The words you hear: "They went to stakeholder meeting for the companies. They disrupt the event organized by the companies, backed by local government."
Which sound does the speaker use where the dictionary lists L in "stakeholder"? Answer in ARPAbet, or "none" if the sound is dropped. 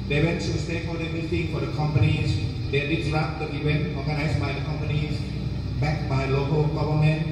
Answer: none